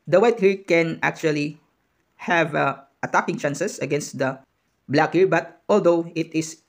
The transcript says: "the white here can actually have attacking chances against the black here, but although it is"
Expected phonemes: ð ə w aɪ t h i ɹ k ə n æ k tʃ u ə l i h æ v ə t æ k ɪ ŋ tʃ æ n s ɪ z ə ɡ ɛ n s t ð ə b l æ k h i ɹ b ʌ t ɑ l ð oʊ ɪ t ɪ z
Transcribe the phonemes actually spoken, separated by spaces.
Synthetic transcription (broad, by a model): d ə w aɪ t h i ɹ k ə n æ k tʃ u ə l i h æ v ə t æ k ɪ ŋ tʃ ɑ n s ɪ s ə ɡ ɛ n s t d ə b l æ k h i ɹ b ʌ t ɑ l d oʊ ɪ t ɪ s